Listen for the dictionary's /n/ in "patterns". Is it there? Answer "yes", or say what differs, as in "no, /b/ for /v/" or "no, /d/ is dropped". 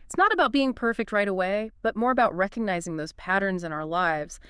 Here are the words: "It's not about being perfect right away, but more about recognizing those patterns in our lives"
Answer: yes